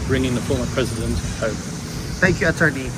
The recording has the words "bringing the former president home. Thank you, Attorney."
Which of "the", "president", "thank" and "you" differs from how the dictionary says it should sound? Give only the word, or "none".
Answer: none